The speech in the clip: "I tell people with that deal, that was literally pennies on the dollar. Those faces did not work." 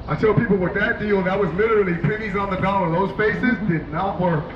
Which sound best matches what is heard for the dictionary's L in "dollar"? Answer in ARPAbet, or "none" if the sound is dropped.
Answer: N